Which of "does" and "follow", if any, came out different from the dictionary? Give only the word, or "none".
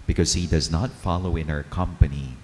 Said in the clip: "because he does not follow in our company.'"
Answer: none